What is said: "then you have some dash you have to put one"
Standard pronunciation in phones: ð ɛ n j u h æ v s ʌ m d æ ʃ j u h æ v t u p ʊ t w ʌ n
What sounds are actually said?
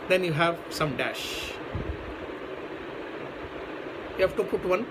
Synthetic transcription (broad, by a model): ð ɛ n j u h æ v s ʌ m d æ ʃ j u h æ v t u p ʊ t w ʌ n